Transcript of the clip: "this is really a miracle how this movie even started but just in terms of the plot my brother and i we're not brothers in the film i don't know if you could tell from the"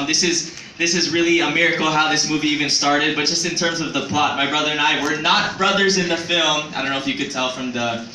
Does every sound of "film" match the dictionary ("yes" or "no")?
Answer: yes